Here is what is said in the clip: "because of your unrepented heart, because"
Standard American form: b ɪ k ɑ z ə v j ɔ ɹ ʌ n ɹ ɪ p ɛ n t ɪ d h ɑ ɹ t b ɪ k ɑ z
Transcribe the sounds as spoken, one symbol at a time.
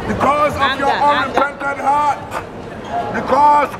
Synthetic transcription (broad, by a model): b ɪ k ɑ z ə v j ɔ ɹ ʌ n ɪ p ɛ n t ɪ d h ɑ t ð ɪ k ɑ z